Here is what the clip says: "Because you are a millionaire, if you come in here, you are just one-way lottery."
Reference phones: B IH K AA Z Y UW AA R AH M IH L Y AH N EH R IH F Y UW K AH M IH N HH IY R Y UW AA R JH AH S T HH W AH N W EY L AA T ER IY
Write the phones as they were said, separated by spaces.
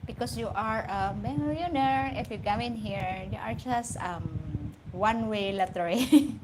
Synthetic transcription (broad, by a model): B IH K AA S Y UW AA R AH M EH Y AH N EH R IH F Y UW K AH M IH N HH IY R Y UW AA R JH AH S T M W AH N W EY L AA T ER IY